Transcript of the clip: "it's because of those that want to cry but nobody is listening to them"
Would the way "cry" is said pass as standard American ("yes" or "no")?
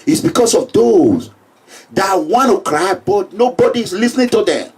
yes